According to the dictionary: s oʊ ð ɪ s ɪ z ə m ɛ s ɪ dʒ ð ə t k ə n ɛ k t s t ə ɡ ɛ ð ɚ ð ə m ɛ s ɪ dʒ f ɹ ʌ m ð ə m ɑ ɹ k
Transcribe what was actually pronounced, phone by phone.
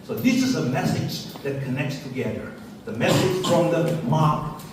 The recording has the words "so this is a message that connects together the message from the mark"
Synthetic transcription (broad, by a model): s oʊ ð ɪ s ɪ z ə m ɛ s ɪ dʒ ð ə t k ə n ɛ k t s t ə ɡ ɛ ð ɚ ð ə m ɛ s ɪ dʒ f ɹ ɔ m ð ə m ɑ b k